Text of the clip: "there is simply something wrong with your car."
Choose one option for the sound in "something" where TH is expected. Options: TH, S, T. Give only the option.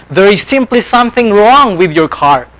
TH